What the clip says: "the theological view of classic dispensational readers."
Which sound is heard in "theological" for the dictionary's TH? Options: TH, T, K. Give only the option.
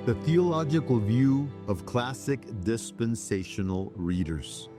TH